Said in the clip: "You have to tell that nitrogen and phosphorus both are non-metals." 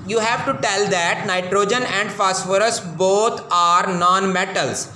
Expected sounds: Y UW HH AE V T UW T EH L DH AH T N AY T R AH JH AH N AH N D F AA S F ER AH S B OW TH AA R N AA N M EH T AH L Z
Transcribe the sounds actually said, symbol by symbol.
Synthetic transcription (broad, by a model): Y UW HH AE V T UW T EH L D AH T N AY T R AH JH AH N AH N D F AA S F ER AH S B OW T AA R N AA N M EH T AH L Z